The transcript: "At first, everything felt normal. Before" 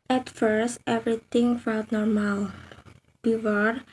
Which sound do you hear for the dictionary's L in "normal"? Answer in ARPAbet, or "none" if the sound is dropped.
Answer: L